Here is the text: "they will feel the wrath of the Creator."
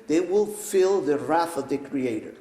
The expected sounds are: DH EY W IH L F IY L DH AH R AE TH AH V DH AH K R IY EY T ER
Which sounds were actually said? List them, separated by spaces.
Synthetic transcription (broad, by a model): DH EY W IH L F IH L DH AH R AE TH AH V DH AH K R IY EY T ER